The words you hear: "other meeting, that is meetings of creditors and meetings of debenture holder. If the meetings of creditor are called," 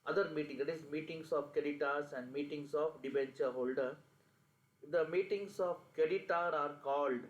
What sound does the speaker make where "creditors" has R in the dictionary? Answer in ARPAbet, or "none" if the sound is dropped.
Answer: none